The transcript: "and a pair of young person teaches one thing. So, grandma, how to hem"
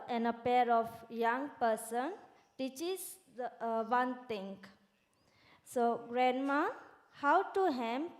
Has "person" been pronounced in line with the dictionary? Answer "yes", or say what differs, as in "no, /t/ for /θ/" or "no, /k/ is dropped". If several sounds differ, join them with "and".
yes